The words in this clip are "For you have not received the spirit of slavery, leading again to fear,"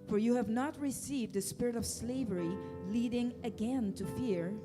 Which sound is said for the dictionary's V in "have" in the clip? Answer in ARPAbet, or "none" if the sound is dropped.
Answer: V